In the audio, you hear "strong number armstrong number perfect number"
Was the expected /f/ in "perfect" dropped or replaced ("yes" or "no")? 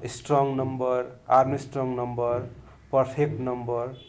yes